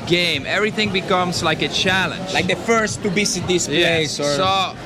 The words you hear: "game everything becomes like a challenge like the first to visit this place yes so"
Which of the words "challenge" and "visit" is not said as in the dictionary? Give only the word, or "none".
visit